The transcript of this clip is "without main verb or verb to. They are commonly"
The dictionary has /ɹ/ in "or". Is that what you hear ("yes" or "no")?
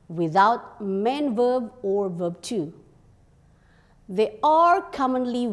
yes